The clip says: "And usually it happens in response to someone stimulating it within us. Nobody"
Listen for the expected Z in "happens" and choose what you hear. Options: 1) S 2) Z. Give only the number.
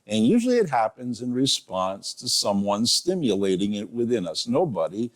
2